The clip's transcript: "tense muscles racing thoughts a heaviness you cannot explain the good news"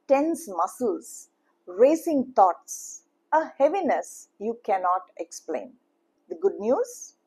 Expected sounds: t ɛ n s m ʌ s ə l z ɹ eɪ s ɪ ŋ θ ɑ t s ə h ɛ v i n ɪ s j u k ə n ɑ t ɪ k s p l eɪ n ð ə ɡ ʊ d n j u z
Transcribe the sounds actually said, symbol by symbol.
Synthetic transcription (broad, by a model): t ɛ n s m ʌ s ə l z ɹ eɪ s ɪ ŋ t ɑ t s ə h ɛ v i n ɪ s j u k ə n ɑ t ɪ k s p l eɪ n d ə ɡ ʊ d n j u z